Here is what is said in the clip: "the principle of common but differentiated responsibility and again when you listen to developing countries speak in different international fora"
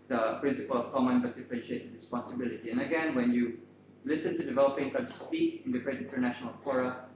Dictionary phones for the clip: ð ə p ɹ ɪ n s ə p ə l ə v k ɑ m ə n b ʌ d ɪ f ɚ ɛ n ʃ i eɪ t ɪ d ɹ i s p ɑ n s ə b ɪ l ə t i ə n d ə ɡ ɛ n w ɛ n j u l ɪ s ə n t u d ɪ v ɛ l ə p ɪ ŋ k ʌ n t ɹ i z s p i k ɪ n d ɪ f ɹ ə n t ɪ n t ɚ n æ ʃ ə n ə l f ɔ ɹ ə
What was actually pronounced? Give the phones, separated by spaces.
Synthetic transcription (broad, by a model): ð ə p ɹ ɪ n s ə p ə l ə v k ɑ m ə n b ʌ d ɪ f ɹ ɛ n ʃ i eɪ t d ɹ i s p ɑ n s ə b ɪ l ə t i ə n ə ɡ ɛ n w ɛ n j u l ɪ s ə n t u d ɪ v ɛ l ə p ɪ ŋ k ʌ t i s p i k ɪ n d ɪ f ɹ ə t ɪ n t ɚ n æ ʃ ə n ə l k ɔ ɹ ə